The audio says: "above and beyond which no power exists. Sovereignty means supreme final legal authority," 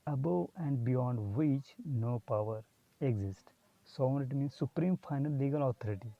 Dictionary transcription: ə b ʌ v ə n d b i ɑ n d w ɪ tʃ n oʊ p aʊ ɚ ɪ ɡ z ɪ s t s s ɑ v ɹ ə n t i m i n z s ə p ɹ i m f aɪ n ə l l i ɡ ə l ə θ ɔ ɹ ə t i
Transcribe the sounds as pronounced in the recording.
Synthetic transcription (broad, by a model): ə b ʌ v ə n d b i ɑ n d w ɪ tʃ n oʊ p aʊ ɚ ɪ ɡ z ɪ s t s s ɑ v ə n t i m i n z s ə p ɹ i m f aɪ n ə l l i ɡ ə l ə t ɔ ɹ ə t i